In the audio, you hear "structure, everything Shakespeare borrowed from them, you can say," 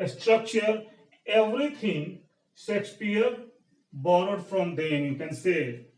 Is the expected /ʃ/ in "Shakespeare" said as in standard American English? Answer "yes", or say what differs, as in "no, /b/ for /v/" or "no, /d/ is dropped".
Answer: no, /s/ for /ʃ/